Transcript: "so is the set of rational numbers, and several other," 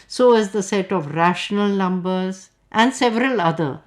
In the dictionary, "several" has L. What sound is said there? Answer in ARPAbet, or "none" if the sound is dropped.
L